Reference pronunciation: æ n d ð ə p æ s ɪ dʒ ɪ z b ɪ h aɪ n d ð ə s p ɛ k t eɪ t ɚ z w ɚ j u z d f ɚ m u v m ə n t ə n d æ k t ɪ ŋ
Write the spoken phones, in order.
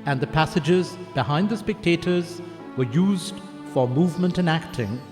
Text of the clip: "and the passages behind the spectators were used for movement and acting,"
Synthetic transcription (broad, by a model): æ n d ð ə p æ s ɪ dʒ ɪ z b ɪ h aɪ n d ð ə s p ɛ k t eɪ t ɚ z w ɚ j u z d f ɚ m u v m ə n t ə n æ k t ɪ ŋ